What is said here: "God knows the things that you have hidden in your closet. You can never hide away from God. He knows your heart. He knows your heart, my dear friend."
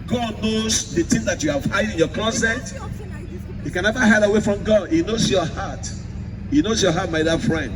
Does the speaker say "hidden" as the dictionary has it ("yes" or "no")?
no